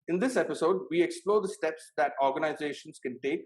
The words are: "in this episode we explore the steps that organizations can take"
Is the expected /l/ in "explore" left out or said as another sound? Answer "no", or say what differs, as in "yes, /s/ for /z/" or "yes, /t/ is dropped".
no